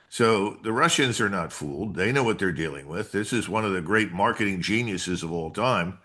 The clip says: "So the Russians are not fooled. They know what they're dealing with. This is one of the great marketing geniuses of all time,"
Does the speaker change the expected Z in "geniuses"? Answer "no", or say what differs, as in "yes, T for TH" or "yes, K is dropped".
no